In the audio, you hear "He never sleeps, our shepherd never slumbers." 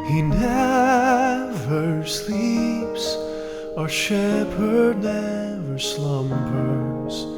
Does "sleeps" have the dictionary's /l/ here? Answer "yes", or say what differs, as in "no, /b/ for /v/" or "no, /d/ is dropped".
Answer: yes